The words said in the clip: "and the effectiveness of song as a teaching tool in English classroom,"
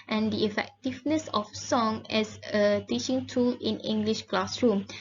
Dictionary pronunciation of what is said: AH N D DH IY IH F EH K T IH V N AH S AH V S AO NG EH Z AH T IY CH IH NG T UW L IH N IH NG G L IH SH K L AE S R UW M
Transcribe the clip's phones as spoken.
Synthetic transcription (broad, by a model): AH N D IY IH F EH K T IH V N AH S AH F S AO NG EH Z AH T IY CH IH NG T UW L IH N IH NG G L IH SH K L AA S R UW M